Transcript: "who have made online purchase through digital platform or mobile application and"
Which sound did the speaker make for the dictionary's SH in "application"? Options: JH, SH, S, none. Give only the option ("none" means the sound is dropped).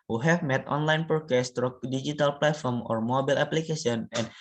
S